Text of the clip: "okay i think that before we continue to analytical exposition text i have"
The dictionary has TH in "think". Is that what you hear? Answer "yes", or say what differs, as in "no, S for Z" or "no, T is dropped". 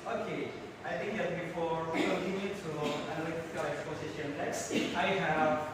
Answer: no, T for TH